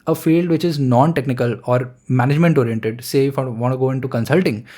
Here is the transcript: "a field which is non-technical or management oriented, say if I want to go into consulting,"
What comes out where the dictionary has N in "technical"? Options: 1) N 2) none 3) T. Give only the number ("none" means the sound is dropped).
1